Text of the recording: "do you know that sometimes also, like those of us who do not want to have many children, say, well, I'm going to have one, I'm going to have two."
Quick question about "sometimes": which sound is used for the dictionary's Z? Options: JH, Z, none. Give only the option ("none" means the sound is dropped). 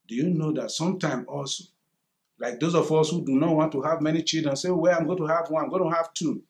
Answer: none